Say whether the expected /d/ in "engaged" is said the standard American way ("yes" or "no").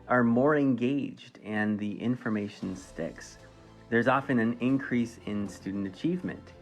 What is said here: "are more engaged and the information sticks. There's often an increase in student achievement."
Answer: yes